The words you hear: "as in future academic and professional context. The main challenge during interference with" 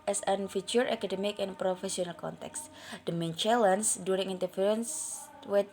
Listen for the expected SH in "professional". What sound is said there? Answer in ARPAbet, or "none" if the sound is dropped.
S